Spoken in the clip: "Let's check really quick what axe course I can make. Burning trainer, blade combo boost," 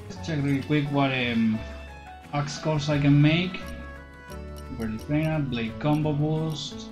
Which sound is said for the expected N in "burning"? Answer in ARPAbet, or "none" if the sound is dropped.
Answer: L